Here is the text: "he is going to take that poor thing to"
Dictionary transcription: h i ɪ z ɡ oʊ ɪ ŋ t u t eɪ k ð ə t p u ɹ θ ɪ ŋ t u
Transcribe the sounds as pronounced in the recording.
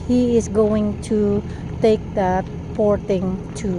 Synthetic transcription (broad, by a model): h i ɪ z ɡ oʊ ɪ ŋ t u t eɪ k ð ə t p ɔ ɹ t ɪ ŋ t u